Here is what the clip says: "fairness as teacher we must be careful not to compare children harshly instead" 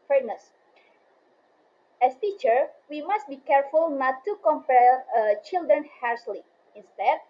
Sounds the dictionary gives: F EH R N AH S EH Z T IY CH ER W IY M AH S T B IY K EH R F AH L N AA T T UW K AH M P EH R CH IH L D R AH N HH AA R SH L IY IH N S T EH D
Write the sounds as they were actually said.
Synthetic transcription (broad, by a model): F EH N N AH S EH S T IY CH ER W IY M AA S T B IY K EH R F AH L N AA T T UW K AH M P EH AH CH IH L D R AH N HH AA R S L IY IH N S T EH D